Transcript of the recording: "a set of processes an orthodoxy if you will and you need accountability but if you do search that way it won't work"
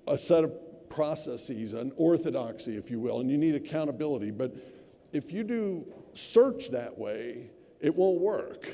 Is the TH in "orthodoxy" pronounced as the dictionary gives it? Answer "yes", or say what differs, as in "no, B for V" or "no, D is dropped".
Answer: yes